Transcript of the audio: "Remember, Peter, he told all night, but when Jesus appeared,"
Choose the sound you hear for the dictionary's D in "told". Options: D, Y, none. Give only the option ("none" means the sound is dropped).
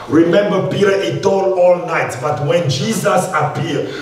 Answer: none